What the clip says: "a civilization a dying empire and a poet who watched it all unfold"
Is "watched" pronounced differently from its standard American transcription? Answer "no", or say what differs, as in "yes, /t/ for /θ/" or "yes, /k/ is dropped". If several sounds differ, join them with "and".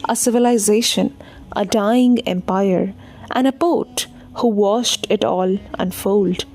yes, /ʃ/ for /tʃ/